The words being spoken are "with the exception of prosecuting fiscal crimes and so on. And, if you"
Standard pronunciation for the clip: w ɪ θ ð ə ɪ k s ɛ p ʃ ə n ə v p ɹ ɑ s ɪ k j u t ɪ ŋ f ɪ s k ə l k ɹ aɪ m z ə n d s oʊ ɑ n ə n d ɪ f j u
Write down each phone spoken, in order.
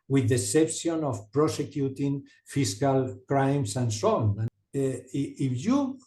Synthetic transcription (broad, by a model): w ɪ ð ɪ s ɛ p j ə n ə f p ɹ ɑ s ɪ k j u t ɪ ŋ f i s k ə l k ɹ aɪ m s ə n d s oʊ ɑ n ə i ɪ f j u